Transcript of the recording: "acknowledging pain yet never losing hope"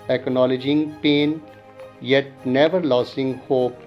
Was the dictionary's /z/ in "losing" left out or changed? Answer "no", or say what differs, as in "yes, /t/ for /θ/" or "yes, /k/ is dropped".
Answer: yes, /s/ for /z/